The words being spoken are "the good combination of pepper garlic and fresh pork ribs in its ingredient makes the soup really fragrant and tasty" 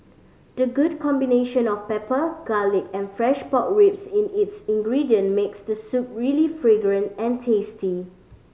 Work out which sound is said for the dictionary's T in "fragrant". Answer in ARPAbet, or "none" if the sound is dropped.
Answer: T